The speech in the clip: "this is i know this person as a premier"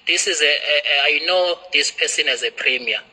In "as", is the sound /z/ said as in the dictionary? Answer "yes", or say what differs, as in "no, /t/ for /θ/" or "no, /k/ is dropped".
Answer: yes